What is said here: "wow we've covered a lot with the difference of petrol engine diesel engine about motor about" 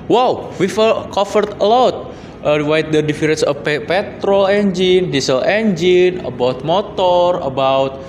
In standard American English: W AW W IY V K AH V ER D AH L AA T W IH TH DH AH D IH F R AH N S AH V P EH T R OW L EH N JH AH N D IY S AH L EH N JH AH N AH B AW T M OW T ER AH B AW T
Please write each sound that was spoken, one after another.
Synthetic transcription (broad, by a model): W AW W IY F K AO F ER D AH L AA T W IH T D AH D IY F R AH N S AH P P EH T R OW L EH N JH AH N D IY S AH L EH N JH AH N AH B AW T M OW T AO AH B AW T